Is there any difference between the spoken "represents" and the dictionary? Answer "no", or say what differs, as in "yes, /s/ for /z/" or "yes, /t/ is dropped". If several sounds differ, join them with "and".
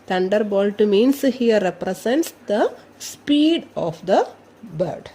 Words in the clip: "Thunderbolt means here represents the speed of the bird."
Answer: yes, /s/ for /z/